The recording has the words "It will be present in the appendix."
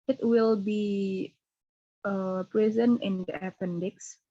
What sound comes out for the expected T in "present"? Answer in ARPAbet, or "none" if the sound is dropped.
none